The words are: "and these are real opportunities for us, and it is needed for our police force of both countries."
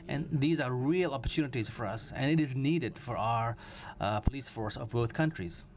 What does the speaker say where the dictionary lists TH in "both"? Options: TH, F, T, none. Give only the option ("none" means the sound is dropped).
T